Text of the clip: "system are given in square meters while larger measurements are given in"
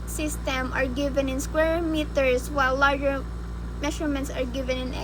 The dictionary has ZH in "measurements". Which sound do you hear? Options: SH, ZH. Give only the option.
SH